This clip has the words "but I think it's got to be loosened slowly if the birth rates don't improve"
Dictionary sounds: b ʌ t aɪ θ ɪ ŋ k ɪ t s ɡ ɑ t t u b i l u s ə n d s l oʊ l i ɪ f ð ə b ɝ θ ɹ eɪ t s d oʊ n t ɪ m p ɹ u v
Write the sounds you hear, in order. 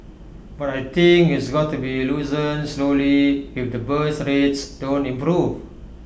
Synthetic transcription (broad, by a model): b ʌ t aɪ t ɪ ŋ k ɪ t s ɡ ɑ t t u b i l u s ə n s l oʊ l i ɪ f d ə b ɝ s ɹ eɪ t s d oʊ n t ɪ m p ɹ u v